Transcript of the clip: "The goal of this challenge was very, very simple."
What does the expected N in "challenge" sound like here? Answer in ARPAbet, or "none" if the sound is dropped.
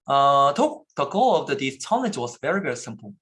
none